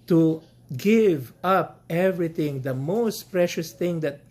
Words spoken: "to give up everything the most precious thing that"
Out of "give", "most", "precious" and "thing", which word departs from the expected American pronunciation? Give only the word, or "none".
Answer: thing